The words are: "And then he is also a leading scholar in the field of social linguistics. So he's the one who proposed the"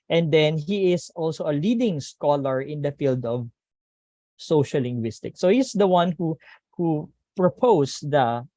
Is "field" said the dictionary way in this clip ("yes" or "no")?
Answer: yes